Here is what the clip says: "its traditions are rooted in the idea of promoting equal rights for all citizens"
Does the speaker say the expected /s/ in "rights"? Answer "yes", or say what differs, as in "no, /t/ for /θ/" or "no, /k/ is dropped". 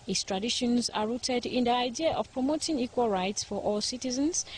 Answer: yes